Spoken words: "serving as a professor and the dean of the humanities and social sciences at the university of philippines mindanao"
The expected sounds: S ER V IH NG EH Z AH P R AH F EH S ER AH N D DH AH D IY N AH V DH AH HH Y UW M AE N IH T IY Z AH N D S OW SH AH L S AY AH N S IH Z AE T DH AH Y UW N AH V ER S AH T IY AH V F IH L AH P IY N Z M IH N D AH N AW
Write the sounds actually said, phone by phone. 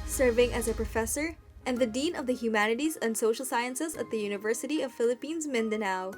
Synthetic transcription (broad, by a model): S ER V IH NG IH Z AH P R AH F EH S ER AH N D DH AH D IY N AH V DH AH HH Y UW M AE N IH T IY Z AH N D S OW SH L S AY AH N S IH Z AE T DH AH Y UW N AH V ER S AH T IY AH V F IH L AH P IY N Z M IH N D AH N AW